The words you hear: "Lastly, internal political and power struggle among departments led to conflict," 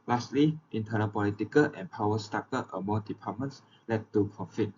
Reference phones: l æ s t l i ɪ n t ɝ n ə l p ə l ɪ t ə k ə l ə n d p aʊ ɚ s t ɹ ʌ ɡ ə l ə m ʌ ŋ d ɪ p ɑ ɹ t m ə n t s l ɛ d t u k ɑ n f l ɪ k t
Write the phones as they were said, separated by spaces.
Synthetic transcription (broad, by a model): l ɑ s t l i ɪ n t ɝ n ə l p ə l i t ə k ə l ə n p aʊ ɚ s t ɑ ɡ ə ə m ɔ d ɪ p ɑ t m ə n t s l ɛ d t u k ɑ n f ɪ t